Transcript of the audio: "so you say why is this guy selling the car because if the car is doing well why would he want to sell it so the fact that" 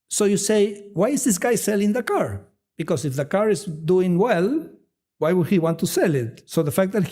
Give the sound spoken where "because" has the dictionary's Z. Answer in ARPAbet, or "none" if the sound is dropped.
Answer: S